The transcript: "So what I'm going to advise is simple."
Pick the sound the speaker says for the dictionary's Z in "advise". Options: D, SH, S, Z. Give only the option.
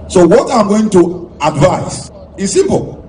S